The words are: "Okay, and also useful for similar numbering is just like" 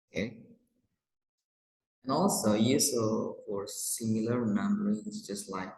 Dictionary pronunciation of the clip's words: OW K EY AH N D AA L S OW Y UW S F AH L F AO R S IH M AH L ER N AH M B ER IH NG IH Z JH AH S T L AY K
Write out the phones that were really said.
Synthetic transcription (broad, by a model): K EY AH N AA L S OW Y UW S AH F AO R S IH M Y L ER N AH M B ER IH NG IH S JH AH S T L AY K